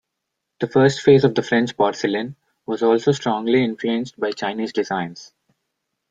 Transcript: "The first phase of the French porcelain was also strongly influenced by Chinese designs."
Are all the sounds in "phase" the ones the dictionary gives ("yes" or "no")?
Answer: yes